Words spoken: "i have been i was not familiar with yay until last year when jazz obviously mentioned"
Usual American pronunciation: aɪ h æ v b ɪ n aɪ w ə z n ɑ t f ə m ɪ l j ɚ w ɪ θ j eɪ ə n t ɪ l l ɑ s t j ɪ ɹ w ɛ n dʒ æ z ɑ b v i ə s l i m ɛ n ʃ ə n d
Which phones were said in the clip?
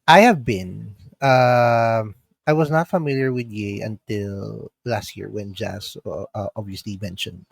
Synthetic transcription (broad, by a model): aɪ h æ v b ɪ n aɪ w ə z n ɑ t f ə m ɪ l j ɚ w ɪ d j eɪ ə n t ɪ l l ɑ s t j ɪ ɹ w ɛ n dʒ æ s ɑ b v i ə s l i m ɛ n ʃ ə n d